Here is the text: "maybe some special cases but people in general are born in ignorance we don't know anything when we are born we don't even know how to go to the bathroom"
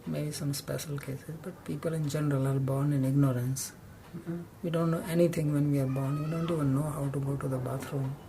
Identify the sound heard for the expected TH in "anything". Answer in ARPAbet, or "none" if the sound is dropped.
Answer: T